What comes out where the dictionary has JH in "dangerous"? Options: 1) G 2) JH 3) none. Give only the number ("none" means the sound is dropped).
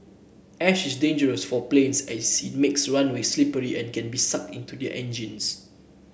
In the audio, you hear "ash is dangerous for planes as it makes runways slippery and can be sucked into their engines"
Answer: 2